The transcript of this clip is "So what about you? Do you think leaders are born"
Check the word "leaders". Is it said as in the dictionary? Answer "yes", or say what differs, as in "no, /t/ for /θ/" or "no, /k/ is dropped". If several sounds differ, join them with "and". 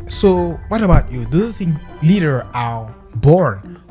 no, /z/ is dropped